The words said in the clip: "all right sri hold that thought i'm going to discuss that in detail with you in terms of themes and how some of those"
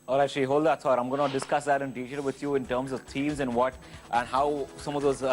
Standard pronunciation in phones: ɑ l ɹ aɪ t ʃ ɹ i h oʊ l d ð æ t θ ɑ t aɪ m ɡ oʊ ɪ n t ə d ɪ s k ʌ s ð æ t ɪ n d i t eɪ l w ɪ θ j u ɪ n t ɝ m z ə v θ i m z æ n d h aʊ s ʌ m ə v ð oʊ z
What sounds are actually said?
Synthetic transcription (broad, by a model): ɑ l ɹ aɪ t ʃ i h oʊ l d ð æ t s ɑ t aɪ m ɡ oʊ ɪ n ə d ɪ s k ʌ s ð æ t ɪ n d i t eɪ l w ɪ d j u ɪ n t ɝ m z ə v t i m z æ n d h aʊ s ʌ m ə v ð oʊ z